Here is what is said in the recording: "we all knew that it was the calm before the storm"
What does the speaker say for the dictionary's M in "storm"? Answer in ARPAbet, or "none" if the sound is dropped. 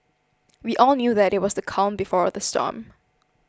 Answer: M